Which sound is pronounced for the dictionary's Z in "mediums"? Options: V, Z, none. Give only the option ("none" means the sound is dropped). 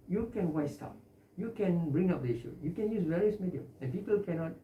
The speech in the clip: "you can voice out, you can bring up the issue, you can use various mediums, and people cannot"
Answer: none